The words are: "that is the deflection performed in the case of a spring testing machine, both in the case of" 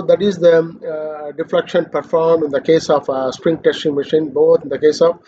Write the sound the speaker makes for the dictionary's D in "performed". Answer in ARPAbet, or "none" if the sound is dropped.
none